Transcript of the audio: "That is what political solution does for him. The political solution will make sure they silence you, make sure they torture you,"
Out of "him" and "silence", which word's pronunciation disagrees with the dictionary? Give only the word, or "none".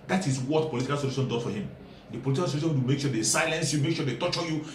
none